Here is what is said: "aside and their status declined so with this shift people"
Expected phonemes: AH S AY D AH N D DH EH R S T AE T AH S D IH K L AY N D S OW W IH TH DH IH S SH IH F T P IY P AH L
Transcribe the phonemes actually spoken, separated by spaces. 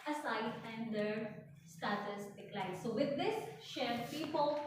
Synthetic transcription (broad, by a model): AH S AY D AH N D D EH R S T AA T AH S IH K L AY D S OW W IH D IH S SH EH T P IY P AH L